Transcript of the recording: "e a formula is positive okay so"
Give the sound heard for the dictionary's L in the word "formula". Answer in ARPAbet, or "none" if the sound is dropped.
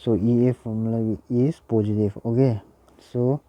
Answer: W